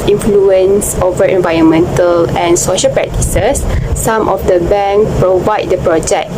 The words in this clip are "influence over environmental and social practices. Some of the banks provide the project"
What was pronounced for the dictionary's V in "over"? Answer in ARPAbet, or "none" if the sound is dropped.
V